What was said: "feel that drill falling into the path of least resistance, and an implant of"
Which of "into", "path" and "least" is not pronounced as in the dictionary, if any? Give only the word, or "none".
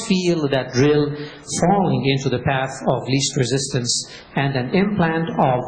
none